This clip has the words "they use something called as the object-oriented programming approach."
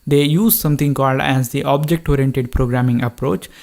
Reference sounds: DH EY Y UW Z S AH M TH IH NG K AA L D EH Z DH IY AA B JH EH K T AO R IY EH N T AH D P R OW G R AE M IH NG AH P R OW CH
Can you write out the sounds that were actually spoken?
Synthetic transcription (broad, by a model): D EY Y UW Z S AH M T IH NG K AA L D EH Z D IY AA B JH EH K T AO R IY EH N T AH D P R OW G R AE M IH NG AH P R OW CH